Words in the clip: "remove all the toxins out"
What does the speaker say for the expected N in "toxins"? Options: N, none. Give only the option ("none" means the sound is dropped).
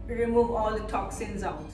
N